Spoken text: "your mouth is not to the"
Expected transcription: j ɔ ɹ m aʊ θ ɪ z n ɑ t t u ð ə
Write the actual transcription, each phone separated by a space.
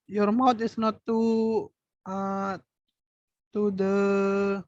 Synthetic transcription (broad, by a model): j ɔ ɹ m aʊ t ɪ s n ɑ t t u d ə